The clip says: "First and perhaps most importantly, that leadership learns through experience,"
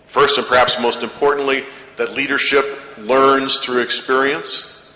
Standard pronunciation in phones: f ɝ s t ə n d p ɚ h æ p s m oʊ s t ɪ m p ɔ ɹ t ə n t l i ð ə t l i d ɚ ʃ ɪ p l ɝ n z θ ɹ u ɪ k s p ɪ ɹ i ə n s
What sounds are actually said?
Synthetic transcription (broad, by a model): f ɝ s t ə n p ɚ h æ p s m oʊ s t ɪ m p ɔ ɹ t n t l i ð ə t l i d ɚ ʃ ɪ p l ɝ n z θ ɹ u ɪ k s p ɪ ɹ i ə n s